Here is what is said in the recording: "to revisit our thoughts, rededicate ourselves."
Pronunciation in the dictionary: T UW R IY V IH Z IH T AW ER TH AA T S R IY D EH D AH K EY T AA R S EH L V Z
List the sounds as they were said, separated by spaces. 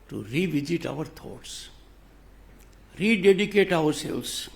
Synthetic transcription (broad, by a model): T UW R IY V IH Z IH T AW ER T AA T S R IY D EH D AH K EY T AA R S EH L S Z